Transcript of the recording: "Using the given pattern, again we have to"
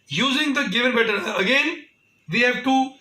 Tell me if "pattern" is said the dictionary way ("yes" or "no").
no